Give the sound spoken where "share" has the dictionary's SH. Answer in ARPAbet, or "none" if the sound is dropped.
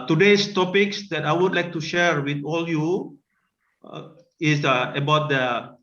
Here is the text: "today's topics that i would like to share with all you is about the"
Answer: SH